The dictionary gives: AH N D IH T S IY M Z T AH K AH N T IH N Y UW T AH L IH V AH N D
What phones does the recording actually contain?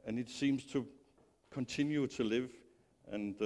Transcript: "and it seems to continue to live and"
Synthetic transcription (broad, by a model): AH N IH T S IY M Z T AH K AH N T IH N Y UW T AH L IH V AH N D